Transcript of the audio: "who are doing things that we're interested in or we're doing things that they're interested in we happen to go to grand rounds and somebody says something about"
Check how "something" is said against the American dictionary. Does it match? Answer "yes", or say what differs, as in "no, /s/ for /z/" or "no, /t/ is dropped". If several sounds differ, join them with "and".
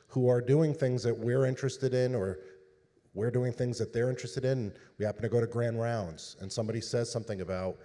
yes